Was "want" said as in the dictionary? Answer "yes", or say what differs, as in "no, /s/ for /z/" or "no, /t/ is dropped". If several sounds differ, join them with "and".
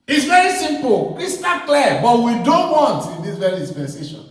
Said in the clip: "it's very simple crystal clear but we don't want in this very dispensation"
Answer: yes